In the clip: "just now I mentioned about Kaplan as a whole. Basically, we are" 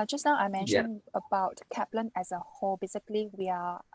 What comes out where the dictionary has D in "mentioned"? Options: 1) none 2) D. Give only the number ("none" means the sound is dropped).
1